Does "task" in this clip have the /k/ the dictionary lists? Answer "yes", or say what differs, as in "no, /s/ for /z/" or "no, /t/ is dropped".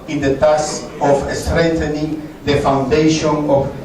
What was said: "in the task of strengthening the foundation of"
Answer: no, /k/ is dropped